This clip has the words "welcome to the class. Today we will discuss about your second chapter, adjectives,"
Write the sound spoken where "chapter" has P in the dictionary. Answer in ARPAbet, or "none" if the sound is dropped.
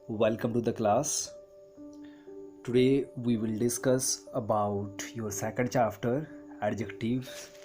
F